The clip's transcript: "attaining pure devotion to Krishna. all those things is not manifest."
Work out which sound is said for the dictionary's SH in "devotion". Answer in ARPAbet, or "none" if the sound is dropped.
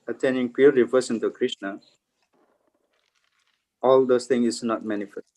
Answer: S